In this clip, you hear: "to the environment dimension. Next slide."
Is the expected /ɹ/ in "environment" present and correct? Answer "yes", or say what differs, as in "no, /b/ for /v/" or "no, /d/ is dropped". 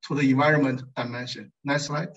yes